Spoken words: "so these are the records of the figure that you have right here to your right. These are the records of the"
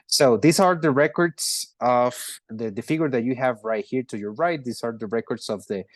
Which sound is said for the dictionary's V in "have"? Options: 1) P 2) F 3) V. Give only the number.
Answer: 3